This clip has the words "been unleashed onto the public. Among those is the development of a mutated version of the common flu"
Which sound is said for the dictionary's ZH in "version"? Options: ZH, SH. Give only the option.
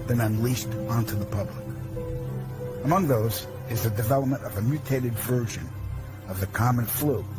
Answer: ZH